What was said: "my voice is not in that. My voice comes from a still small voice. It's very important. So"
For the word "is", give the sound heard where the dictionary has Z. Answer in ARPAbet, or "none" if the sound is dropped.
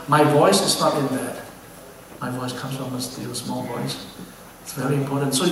S